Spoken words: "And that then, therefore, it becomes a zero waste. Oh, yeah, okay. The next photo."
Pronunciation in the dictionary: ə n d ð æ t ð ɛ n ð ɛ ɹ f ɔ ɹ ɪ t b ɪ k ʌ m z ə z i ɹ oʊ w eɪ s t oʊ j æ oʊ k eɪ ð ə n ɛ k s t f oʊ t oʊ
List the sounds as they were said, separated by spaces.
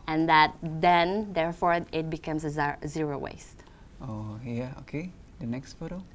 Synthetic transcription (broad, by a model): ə n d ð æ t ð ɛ n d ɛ ɹ f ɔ ɹ ɪ t b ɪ k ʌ m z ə z i ɹ oʊ w eɪ s t oʊ j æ oʊ k eɪ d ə n ɛ k s t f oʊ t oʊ